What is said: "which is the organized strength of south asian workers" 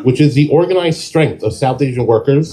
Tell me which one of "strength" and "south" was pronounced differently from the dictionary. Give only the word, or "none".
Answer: none